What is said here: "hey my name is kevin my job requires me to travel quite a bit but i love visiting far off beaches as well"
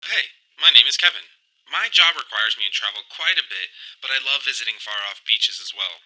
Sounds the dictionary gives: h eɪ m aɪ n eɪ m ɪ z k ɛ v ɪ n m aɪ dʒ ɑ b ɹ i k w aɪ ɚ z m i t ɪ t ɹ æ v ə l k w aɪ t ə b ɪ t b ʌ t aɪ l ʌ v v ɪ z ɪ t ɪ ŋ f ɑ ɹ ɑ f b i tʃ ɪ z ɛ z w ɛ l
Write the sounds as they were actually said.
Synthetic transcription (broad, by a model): h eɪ m aɪ n eɪ m ɪ z k ɛ v ɪ n m aɪ dʒ ɑ b ɹ i k w aɪ ɚ z m i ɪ t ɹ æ v l k w aɪ t ə b ɪ t b ʌ t aɪ l ʌ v v ɪ z ɪ t ɪ ŋ f ɑ ɹ ɑ f b i tʃ ɪ z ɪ z w ɛ l